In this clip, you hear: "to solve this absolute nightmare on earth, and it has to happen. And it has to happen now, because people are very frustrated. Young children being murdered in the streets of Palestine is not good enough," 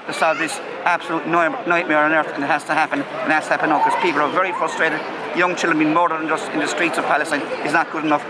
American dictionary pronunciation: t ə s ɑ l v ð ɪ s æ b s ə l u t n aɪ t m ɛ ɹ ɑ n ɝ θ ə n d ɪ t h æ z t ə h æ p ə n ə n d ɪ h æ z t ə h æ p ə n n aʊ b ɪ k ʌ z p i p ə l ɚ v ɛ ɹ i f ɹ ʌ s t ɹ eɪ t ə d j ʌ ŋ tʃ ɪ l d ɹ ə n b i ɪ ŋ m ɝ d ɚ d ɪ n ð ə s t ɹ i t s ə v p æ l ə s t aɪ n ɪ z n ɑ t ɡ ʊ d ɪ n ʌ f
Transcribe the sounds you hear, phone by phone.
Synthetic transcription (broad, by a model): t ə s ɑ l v ð ɪ s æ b s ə l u t n aɪ t m ɛ ɹ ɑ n ɝ θ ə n ɪ t h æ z t ə h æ p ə n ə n ɪ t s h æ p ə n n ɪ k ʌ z p i p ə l ɚ v ɛ ɹ i f ɹ ʌ s t ɹ eɪ t ə d j ʌ ŋ tʃ ɪ l d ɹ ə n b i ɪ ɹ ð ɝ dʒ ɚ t ɪ n ð ə s t ɹ i t s ə v p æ l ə s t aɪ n ɪ z n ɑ t ɡ ʊ d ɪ n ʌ f